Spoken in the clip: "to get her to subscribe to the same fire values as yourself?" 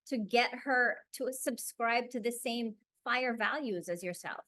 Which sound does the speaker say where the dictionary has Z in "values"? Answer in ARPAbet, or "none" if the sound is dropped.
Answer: Z